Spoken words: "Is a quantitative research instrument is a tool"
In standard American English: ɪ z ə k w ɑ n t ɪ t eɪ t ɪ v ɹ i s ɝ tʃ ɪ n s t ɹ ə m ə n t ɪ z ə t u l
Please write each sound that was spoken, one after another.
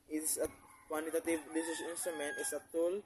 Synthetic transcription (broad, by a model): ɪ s ə k w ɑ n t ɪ t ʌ t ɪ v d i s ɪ s ɪ n s t ɹ ə m ə n t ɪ s ə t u l